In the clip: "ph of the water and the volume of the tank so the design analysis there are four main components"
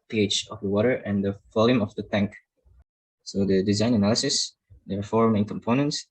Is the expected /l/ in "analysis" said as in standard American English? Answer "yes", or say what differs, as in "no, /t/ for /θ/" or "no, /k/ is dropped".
yes